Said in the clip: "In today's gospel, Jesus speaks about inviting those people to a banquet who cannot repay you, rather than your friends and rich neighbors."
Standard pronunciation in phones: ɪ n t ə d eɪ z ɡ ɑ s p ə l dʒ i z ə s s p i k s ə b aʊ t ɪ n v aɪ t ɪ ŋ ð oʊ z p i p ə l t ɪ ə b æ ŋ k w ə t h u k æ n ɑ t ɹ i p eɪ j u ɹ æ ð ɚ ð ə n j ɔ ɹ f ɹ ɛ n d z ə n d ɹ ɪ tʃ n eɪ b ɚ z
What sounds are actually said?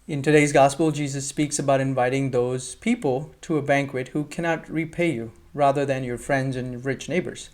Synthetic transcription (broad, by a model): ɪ n t ə d eɪ z ɡ ɑ s p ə l dʒ i z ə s s p i k s ə b aʊ t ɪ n v aɪ t ɪ ŋ ð oʊ z p i p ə l t ɪ ə b æ ŋ k w ə t h u k æ n ɑ t ɹ i p eɪ j u ɹ æ ð ɚ ð ə n j ɔ ɹ f ɹ ɛ n d z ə n ɹ ɪ tʃ n eɪ b ɚ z